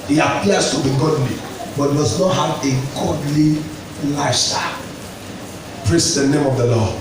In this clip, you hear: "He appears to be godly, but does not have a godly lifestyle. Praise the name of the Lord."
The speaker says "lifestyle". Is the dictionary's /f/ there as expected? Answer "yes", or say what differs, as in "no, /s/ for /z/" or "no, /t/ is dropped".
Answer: no, /f/ is dropped